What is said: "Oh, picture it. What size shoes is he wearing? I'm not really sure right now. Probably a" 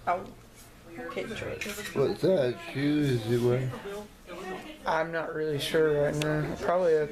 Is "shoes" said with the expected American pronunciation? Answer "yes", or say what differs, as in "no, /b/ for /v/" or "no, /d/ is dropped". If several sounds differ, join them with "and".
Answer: no, /z/ is dropped